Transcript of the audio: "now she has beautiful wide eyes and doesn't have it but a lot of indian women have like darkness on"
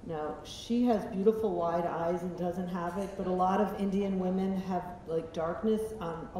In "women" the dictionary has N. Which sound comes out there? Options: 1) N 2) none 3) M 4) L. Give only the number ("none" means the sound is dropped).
1